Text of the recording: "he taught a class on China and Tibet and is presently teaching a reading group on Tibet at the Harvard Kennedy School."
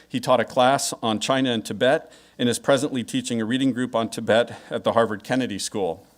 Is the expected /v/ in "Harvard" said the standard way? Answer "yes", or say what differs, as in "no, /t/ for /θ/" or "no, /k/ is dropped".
yes